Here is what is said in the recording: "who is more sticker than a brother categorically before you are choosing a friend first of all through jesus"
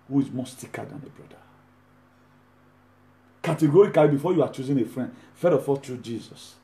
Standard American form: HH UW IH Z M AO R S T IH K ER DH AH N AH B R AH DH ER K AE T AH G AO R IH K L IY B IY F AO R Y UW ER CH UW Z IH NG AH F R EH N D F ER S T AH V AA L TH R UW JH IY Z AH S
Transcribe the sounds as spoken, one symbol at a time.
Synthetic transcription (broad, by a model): HH UW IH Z M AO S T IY K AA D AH N AH B R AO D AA K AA T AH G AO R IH K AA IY B IY F AO Y UW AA CH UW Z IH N AH F R EH N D F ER T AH F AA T R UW JH IY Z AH S